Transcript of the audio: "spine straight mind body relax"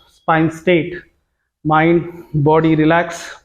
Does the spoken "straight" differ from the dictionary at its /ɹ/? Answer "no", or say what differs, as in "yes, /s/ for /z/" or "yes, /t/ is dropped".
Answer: yes, /ɹ/ is dropped